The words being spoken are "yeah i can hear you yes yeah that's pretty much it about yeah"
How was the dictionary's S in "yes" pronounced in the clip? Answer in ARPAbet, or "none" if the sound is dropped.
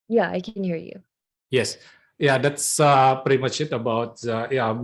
S